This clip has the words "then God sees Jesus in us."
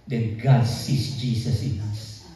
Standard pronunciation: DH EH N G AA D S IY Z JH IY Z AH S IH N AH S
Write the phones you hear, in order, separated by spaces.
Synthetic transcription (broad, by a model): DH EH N G AA D S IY S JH IY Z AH S IH N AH S